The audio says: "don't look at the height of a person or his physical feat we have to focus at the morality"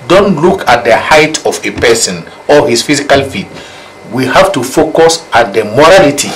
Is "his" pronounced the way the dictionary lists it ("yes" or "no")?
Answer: no